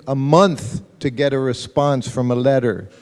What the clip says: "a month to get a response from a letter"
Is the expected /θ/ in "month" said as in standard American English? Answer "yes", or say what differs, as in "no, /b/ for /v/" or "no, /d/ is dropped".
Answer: yes